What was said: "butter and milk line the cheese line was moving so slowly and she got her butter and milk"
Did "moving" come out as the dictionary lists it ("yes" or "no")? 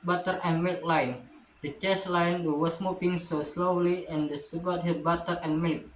no